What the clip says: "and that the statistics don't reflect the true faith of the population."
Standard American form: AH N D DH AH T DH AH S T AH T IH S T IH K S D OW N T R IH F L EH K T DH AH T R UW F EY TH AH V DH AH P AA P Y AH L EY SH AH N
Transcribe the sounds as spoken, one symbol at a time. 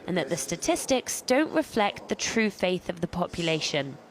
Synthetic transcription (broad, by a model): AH N DH AH T DH AH S T AH T IH S T IH K S D OW N T R IH F L EH K T DH AH T R UW F EY TH AH V DH AH P AA P Y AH L EY SH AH N